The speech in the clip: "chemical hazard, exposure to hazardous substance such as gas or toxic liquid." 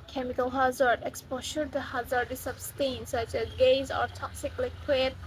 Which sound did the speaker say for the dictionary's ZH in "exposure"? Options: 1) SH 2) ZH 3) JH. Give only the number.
1